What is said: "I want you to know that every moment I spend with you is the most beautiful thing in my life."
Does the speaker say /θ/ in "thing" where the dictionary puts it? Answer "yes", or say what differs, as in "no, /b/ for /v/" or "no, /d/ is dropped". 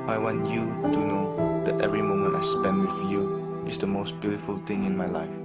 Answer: no, /t/ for /θ/